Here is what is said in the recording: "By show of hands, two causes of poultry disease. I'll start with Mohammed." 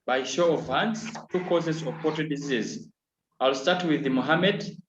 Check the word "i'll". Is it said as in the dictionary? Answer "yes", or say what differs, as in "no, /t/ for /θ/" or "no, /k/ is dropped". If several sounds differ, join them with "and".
yes